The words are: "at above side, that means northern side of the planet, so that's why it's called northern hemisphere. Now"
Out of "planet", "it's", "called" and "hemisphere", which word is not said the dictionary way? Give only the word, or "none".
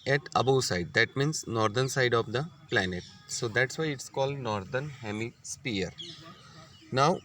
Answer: hemisphere